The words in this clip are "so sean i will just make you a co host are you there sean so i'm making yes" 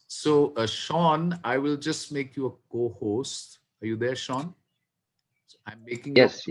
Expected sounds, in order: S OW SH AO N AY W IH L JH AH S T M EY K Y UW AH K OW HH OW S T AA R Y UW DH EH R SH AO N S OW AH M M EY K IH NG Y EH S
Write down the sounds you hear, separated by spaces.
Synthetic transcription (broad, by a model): S OW SH AO N AY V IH L JH AH S T M EY K Y UW AH K OW HH OW S T AA R Y UW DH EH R SH AO N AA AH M M EY K IH NG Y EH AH